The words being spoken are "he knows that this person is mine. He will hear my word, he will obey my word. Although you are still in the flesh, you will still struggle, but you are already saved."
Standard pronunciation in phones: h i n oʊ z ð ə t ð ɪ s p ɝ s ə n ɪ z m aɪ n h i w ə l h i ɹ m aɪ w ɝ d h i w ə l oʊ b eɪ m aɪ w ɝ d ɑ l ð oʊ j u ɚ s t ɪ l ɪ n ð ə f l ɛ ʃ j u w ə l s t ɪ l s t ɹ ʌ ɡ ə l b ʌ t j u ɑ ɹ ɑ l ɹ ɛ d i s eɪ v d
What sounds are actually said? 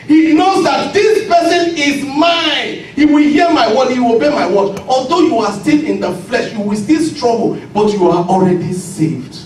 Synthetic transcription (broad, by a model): h i n oʊ z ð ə t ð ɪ s p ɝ s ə n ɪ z m aɪ n h i w ə l h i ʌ m aɪ w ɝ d h i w oʊ b eɪ m aɪ w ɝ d ɑ l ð oʊ j u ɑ s t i l ɪ n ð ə f l ɛ ʃ j u w ə l s t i l s t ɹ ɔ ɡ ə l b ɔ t j u ɑ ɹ ɑ l ɹ ɛ d i s eɪ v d